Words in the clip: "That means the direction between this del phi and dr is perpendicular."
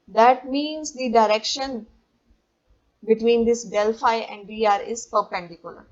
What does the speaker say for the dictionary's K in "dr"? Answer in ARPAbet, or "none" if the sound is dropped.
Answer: none